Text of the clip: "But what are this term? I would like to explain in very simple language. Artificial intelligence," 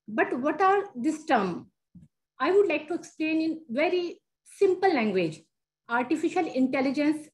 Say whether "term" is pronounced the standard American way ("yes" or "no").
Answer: yes